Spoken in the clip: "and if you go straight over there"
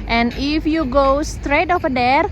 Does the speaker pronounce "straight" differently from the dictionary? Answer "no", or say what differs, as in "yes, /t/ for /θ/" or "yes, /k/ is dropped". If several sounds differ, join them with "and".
no